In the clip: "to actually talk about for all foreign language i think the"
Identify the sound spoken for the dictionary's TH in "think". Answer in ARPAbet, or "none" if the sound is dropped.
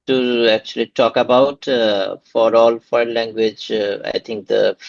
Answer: T